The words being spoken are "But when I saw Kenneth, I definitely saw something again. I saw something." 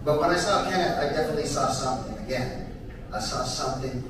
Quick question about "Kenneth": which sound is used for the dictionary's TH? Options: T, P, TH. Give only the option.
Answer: T